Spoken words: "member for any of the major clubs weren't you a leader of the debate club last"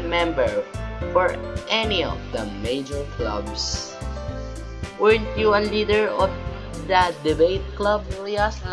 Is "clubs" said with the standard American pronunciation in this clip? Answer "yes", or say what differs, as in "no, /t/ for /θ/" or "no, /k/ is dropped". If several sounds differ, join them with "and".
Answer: no, /s/ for /z/